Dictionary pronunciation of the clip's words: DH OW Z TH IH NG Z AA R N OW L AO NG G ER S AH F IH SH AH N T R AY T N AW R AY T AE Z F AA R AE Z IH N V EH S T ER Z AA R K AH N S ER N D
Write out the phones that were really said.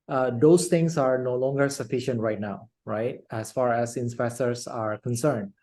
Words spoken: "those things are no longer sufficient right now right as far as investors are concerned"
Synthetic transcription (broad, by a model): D OW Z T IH NG S AA R N OW L AO NG G ER S AH F IH SH AH N T R AY T N AW R AY T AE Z F AA R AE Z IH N P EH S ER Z AA R K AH N S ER N D